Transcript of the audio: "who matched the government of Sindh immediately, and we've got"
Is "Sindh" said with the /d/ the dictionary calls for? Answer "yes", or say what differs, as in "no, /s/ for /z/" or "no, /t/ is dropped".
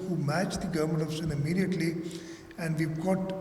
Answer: no, /d/ is dropped